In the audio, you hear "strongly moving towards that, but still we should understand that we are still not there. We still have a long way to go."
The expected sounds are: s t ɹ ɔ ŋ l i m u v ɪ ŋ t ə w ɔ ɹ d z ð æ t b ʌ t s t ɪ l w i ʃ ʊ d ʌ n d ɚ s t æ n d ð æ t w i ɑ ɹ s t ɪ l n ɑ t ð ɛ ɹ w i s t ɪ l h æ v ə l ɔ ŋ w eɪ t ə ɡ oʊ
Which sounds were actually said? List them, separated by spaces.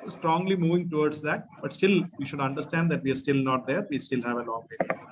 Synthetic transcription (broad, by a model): s t ɹ ɔ ŋ l i m u v ɪ ŋ t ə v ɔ ɹ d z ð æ t b ʌ t s t ɪ l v i ʃ ʊ d ʌ n d ɚ s t æ n d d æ t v i ɑ ɹ s t ɪ l n ɑ t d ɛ ɹ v i s t ɪ l h æ v ə n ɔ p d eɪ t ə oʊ